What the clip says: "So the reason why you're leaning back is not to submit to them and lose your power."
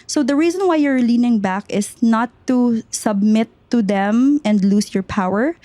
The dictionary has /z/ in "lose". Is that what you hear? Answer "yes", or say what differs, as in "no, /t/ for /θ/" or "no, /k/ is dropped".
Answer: no, /s/ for /z/